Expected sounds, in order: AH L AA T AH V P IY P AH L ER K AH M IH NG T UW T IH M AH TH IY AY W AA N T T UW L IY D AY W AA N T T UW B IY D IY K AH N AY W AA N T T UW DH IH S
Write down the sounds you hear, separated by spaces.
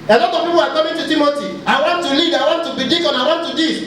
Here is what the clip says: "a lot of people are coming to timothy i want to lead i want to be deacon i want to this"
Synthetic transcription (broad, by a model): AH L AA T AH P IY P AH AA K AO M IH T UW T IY M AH T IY AY W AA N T T UW L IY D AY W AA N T T UW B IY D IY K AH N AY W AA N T T UW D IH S